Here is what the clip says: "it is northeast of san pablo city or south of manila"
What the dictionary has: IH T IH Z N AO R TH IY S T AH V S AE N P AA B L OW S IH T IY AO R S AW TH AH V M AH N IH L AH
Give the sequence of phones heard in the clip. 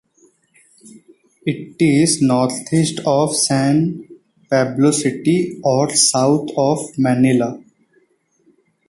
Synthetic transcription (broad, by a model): IH T IH Z N AO R T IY S T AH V S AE N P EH B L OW S IH T IY AO R S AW T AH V M AH N IH L AH